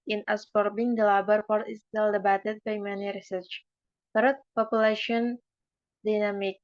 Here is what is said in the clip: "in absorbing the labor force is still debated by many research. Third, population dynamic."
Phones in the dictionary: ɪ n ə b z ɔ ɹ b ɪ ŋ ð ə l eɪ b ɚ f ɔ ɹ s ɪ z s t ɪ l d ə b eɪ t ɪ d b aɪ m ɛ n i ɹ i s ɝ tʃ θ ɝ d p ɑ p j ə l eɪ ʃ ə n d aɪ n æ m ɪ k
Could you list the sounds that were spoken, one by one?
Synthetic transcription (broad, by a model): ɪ n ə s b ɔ ɹ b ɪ ŋ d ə l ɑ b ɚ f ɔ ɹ ɪ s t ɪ l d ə b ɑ t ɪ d b aɪ m ɛ n i ɹ i s ɝ tʃ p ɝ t p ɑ p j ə l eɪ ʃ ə n d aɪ n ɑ m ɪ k